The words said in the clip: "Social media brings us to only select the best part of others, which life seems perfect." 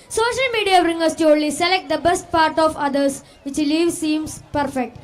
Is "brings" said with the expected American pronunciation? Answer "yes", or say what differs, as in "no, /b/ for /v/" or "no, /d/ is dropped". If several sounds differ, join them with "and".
no, /z/ is dropped